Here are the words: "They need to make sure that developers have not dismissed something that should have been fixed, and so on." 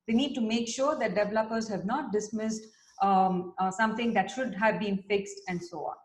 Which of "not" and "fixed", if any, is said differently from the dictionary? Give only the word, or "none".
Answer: none